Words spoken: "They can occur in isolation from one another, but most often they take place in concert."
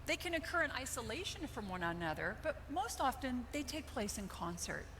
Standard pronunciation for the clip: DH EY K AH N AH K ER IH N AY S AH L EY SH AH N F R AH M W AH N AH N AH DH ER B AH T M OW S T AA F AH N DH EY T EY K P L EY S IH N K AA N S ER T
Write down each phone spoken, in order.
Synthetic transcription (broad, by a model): DH EY K AH N AH K ER IH N AY S AH L EY SH AH N F R AH M W AH N AH N AH DH ER B AH T M OW S T AA F AH N DH EY T EY K P L EY S IH N K AA N S ER T